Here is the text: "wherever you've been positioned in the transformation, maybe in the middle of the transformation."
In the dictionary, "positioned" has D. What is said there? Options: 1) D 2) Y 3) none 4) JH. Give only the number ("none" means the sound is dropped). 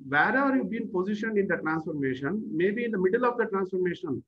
3